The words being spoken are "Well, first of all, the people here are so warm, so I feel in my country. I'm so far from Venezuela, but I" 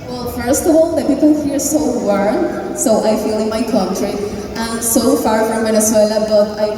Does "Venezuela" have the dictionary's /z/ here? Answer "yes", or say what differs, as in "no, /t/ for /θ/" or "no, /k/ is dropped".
no, /s/ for /z/